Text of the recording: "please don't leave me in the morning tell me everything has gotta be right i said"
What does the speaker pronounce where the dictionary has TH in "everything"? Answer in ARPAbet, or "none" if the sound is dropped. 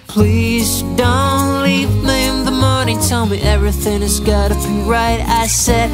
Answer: TH